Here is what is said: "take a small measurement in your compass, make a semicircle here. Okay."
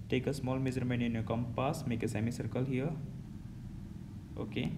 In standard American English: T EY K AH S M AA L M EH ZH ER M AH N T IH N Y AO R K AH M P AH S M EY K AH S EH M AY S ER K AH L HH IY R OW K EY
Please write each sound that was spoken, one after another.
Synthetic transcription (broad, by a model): T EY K AH S M AA L M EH Z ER M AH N IH N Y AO K AH M P AH S M EY K AH S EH M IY S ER K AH L HH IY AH OW K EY